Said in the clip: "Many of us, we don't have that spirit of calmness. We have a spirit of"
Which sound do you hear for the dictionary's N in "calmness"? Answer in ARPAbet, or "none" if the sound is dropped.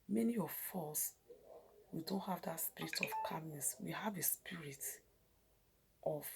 none